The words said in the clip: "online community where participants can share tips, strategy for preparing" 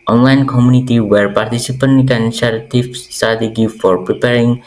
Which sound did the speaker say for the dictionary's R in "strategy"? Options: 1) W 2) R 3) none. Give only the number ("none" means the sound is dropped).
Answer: 3